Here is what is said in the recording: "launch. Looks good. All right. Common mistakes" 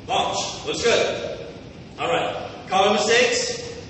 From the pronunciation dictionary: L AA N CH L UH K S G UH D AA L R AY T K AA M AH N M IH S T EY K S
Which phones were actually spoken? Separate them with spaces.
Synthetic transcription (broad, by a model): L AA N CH W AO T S G UH D AA L R AY T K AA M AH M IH S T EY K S